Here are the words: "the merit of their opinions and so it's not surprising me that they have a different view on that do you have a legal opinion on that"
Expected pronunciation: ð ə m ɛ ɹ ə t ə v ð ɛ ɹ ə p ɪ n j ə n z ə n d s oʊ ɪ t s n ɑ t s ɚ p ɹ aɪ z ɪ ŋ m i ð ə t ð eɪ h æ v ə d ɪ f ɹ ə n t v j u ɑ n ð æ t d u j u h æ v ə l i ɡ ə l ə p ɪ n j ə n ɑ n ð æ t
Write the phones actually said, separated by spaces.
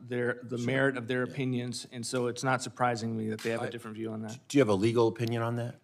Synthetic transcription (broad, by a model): ð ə m ɛ ɹ ə t ə v ð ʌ ɹ ə p ɪ n j ə n z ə n s oʊ ɪ t s n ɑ t s ɚ p ɹ aɪ z ɪ ŋ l i ð ə t ð eɪ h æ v ə d ɪ f ɹ ə n t v j u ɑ n ð æ t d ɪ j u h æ v ə l i ɡ l ə p ɪ n j ə n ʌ n ð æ t